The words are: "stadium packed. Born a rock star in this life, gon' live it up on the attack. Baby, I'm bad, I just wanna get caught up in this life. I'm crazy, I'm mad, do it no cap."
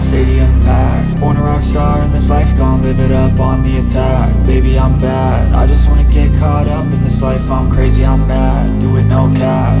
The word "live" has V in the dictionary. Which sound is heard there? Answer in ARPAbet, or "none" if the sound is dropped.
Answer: B